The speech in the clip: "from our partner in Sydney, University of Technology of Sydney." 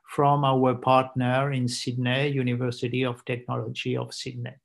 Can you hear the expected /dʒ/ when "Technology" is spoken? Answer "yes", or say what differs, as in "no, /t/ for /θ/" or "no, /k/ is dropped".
yes